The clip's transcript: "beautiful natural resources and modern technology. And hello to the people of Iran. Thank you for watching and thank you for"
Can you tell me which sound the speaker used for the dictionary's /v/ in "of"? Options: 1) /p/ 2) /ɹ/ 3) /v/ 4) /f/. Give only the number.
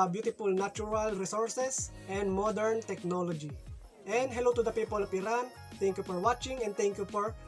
1